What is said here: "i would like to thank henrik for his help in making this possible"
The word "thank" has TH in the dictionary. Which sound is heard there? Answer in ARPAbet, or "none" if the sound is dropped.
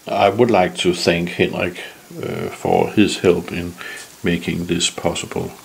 TH